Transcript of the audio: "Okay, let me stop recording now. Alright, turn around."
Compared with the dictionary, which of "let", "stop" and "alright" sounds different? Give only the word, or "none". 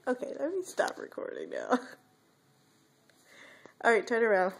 alright